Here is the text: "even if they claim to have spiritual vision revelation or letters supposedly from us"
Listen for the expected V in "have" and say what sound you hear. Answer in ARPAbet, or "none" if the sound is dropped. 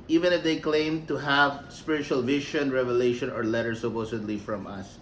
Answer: V